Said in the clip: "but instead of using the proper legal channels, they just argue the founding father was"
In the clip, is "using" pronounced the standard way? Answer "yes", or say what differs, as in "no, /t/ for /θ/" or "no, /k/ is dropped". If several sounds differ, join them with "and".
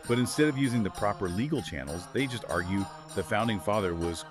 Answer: yes